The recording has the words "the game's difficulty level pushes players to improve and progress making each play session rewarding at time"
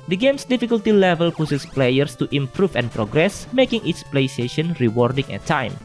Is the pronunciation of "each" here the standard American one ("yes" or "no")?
no